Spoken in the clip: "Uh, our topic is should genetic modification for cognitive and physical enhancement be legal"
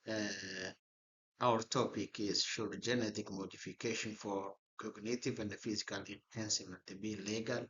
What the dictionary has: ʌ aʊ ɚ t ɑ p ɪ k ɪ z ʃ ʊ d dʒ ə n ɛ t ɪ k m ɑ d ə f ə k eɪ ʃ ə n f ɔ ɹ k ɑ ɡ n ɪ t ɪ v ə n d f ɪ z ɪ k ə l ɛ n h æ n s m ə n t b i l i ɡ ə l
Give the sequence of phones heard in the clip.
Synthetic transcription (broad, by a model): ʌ aʊ ɚ t ɑ p ɪ k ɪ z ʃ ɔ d dʒ ə n ɛ t ɪ k m ɑ d ə f ə k eɪ ʃ ə n f ɔ ɹ k ɑ ɡ n ɪ t ɪ v ə n d f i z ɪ k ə l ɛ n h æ n s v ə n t b i l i ɡ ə l